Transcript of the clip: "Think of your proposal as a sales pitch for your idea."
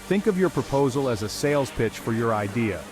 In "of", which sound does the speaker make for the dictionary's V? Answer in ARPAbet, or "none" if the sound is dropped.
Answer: V